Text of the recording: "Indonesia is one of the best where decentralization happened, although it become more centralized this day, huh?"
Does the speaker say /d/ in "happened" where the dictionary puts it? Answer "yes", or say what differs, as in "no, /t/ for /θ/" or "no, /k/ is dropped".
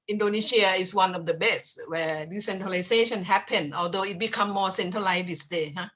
no, /d/ is dropped